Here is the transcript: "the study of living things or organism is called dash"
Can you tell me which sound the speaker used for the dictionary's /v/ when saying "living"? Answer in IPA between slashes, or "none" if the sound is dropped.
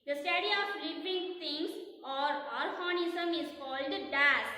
/p/